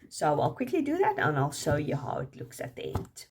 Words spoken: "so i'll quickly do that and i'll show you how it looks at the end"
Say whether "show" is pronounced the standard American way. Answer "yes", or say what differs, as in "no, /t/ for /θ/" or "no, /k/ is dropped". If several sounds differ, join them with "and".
no, /s/ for /ʃ/